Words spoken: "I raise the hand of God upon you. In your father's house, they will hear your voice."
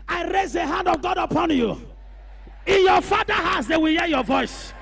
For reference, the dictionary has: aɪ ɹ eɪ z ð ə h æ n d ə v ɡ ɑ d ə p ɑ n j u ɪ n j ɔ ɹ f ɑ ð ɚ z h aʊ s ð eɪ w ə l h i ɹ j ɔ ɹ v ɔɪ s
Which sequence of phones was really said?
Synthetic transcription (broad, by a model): aɪ ɹ eɪ z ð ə h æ n d ə v ɡ ɑ d ə p ɑ n j u ɪ n j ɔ f ɑ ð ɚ h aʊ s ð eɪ w ə l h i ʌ j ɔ v ɔɪ s